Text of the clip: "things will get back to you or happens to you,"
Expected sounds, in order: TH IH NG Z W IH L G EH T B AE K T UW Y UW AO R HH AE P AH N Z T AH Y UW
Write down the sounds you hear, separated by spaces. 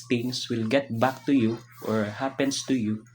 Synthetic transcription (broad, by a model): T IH NG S W IH L G EH T B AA K T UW Y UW AO R HH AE P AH N S T AH Y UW